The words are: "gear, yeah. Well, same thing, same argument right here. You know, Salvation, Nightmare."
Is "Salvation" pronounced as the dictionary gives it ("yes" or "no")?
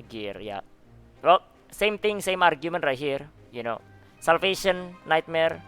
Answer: no